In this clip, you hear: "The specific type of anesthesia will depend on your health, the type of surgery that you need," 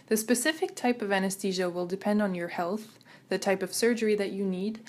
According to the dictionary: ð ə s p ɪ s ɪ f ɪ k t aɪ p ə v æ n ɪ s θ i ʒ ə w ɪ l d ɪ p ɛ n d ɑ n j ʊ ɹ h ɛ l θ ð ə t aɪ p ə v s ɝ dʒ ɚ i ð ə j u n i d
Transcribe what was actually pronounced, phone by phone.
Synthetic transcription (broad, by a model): ð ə s p ɪ s ɪ f ɪ k t aɪ p ə v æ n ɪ s t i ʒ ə w ɪ l d ɪ p ɛ n d n j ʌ ɹ h ɛ l θ ð ə t aɪ p ə v s ɝ dʒ ɚ i ð ə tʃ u n i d